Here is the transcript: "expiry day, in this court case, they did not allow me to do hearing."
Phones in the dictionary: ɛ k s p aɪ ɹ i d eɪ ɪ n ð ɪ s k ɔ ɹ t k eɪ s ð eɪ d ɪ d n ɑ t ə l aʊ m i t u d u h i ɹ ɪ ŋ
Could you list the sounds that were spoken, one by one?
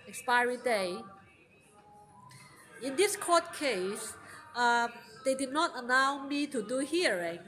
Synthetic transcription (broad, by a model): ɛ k s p aɪ ɹ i d eɪ ɪ n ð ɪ s k ɔ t k eɪ s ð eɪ d ɪ d n ɑ t ə l aʊ m i t u d u h i ɹ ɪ ŋ